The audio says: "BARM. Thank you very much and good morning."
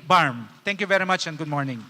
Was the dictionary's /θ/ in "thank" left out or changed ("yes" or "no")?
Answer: yes